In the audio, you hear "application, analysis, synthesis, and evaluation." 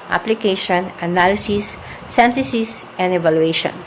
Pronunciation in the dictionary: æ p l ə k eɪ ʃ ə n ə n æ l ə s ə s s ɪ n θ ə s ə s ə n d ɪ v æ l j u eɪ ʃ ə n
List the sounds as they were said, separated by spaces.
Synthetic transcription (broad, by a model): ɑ p l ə k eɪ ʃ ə n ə n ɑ l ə s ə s s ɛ n t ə s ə s ə n d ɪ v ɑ l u eɪ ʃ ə n